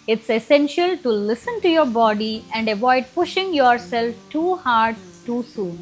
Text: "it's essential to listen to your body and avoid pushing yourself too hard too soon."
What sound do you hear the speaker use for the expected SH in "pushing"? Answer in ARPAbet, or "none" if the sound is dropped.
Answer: SH